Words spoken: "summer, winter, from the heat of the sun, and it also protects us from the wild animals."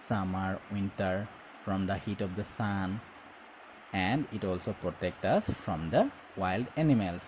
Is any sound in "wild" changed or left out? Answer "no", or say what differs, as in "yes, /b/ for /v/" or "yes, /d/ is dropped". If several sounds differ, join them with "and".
no